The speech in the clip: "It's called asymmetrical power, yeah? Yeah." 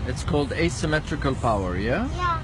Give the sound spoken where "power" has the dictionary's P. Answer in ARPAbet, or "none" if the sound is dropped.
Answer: P